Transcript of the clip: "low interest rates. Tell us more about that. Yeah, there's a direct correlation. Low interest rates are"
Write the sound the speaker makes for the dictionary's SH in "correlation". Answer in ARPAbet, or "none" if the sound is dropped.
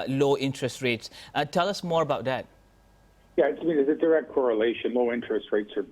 SH